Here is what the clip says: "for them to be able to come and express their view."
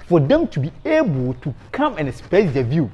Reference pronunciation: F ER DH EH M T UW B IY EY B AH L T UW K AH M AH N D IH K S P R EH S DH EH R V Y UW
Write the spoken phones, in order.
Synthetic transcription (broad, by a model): F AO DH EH M T UW B IY EY B AH L T UW K AH M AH N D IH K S P EH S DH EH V Y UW